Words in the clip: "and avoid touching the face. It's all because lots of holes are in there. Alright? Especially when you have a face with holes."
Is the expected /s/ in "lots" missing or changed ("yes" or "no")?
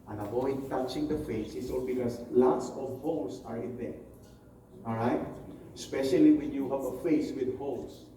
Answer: no